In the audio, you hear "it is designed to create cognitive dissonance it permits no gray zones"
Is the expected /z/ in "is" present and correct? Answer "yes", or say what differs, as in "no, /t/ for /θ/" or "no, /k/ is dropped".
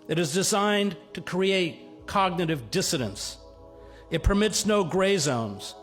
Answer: yes